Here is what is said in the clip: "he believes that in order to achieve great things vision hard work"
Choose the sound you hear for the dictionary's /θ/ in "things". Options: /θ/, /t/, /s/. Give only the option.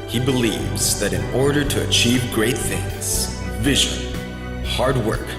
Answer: /θ/